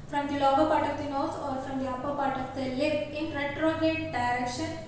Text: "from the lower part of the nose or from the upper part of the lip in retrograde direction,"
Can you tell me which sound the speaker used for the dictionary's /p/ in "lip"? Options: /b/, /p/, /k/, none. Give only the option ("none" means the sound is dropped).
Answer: none